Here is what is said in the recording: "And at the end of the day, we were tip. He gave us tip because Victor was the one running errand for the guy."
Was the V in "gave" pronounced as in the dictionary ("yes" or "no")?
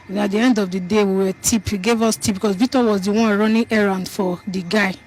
yes